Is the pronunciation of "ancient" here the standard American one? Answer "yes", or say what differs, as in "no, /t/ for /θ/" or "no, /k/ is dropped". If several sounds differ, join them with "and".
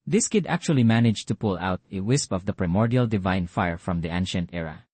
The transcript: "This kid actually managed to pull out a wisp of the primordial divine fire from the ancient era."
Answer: yes